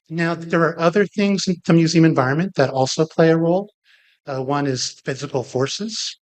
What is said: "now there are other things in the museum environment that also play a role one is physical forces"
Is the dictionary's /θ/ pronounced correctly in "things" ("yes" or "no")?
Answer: yes